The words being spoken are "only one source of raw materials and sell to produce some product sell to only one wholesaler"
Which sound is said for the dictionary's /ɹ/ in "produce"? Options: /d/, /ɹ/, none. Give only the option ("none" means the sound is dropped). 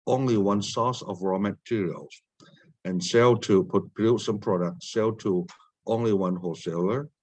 none